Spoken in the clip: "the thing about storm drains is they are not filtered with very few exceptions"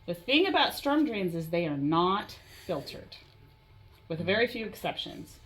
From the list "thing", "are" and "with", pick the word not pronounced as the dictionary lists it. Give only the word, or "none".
none